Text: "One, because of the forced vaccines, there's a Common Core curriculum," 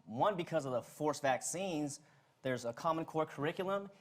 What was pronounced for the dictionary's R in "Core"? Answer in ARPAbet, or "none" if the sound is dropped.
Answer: R